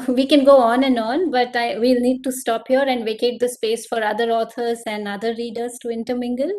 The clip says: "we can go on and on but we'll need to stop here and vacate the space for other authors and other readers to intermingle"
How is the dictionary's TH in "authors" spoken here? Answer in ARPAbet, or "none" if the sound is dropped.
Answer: T